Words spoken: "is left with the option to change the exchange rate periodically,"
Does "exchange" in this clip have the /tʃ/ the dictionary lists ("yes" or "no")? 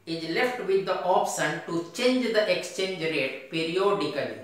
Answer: yes